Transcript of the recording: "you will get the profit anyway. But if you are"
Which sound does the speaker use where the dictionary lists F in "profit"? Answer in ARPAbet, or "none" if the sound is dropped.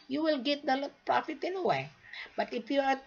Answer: F